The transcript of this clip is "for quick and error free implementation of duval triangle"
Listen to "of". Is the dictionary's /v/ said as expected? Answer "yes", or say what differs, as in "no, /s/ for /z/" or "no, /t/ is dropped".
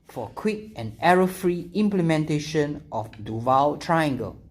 no, /f/ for /v/